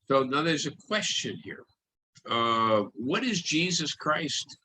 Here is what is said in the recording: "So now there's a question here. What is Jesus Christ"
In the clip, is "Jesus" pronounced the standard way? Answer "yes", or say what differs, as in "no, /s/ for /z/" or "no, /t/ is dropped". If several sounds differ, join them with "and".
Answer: yes